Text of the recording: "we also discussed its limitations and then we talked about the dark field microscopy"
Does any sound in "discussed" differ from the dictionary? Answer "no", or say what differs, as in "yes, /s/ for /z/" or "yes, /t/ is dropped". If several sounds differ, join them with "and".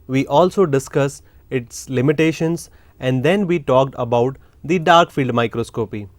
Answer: yes, /t/ is dropped